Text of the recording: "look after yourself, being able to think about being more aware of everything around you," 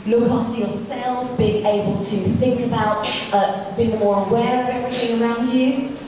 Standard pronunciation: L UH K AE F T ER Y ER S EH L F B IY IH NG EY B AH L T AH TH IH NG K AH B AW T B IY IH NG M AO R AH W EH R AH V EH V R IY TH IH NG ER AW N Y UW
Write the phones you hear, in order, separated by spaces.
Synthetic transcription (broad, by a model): L UH K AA F T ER Y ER S EH L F B IY IH NG EY B AH L T AH TH IH NG K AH B AW T B IY IH NG M AO R AH W EH R AH V EH V R IY TH IH NG ER AW N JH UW